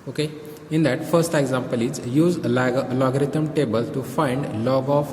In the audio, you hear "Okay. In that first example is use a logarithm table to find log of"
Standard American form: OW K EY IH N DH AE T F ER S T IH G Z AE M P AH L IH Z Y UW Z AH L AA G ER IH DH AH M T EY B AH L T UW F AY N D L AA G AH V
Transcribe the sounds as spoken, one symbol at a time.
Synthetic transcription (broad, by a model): OW K EY IH N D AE T F ER S T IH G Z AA M P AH L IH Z Y UW Z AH L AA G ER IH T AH M T EY B AH L T UW F AY N D L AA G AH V